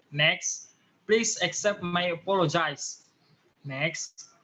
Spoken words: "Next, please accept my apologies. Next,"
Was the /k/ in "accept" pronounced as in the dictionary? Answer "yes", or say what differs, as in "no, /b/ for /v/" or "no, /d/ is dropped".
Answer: yes